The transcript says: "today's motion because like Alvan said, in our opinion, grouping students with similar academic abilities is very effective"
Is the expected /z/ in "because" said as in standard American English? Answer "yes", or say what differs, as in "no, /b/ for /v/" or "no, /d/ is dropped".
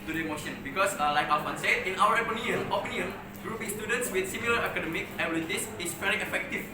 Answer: no, /s/ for /z/